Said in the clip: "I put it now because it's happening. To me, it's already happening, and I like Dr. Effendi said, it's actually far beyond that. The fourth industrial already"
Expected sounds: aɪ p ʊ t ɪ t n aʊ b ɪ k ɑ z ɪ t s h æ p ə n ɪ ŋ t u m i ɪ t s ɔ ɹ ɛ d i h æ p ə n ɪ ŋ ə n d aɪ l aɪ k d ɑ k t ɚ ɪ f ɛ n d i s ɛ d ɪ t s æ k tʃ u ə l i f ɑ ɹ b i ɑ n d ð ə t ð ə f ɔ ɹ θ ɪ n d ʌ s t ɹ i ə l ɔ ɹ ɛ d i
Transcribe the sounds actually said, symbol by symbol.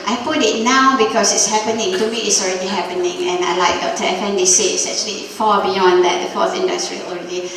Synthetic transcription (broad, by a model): aɪ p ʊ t ɪ t n aʊ b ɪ k ɑ s ɪ t s h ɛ p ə n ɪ ŋ t u m i ɪ t s ɔ ɹ ɛ d i h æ p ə n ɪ ŋ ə n aɪ l aɪ k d ɑ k t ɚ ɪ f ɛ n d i s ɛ ɪ t s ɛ k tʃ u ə l i f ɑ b i ɑ n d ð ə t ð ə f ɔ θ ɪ n d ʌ s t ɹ i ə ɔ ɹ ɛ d i